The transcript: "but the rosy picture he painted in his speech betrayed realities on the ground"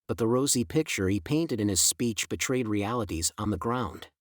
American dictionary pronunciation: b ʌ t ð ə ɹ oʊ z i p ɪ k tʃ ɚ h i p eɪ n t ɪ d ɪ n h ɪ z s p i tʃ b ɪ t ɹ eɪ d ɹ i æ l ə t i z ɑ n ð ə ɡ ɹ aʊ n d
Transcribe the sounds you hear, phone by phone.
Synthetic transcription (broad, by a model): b ʌ t ð ə ɹ oʊ z i p ɪ k tʃ ɚ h i p eɪ n t ɪ d ɪ n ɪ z s p i tʃ b ɪ t ɹ eɪ d ɹ i æ l ə t i z n ð ə ɡ ɹ aʊ n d